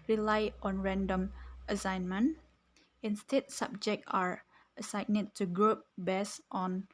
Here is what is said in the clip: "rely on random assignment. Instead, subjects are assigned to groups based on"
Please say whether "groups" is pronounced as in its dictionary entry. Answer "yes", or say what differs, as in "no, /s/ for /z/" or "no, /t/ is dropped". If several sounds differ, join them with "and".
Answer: no, /s/ is dropped